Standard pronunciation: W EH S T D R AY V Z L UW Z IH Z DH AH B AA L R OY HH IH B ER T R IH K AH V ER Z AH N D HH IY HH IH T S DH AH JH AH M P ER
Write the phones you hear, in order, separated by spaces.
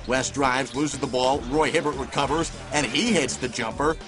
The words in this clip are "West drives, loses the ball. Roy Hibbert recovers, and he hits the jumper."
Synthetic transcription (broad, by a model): W EH S D R AY V Z L UW Z IH Z DH AH B AA L R OY HH IH B ER T R IH K AH V ER Z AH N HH IY HH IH T S DH AH JH AH M P ER